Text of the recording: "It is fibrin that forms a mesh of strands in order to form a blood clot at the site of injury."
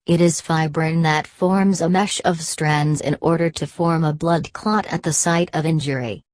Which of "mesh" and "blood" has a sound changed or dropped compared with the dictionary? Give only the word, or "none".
none